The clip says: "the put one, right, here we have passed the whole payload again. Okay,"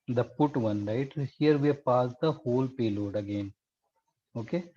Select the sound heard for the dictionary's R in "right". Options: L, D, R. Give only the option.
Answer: L